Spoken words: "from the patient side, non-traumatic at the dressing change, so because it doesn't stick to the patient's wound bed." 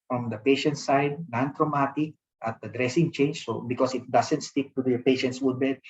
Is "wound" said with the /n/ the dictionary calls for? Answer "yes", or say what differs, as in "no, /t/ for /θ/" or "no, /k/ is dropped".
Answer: no, /n/ is dropped